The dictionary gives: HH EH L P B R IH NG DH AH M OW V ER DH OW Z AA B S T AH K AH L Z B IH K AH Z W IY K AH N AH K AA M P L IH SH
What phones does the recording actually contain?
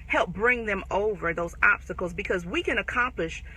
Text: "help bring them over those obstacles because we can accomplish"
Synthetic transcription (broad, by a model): HH EH L P B R IH NG DH AH M OW V ER DH OW Z AA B S T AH K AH L Z B IH K AH Z W IY K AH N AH K AA M P L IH SH